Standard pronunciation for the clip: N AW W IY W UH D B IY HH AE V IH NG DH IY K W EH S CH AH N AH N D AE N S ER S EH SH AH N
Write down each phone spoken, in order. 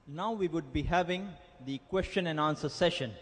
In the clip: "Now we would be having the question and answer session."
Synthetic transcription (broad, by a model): N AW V IY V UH D B IY HH AE V IH NG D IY K W EH S CH AH N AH N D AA N S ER S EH SH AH N